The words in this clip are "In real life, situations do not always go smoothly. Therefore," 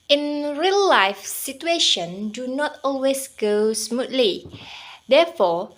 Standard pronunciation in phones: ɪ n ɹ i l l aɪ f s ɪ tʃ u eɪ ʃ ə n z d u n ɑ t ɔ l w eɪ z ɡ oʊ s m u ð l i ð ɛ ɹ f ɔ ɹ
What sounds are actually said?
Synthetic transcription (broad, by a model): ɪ n ɹ i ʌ l aɪ f s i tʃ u eɪ ʃ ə n d u n ɑ t ɔ l w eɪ s ɡ oʊ s m u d l i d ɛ f ɔ